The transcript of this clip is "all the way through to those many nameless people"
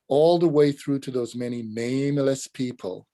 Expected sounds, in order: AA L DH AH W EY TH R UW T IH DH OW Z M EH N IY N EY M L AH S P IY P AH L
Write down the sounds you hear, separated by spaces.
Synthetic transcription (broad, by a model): AA L DH AH W EY TH R UW T IH DH OW Z M EH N IY N EY M L AH S P IY P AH L